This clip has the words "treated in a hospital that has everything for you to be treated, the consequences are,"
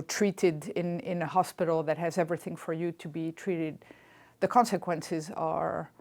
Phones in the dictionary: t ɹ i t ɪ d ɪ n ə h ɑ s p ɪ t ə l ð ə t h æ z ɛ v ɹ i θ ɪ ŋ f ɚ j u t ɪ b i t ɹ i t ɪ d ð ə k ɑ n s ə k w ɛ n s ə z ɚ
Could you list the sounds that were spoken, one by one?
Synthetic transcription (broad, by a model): t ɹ i t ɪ d ɪ n ə h ɑ s p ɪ t l ð ə t h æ z ɛ v ɹ i θ ɪ ŋ f ɚ j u t ɪ b i t ɹ i t ɪ d ð ə k ɑ n s ə k w ɛ n s ə z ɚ